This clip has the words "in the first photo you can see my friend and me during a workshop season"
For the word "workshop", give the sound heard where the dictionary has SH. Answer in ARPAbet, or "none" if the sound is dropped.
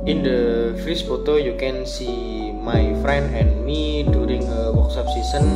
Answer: S